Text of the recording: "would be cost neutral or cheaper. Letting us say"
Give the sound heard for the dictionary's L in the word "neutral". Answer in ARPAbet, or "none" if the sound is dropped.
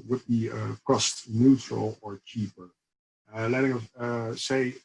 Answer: L